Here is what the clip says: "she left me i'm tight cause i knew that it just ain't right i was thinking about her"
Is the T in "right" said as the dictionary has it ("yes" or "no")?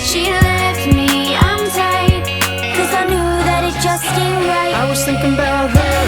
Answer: no